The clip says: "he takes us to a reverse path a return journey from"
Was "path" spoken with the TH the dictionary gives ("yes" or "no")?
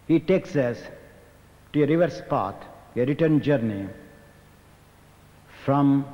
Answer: no